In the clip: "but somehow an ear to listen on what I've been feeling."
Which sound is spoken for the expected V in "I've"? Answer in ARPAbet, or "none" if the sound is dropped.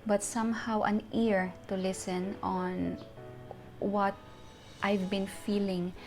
V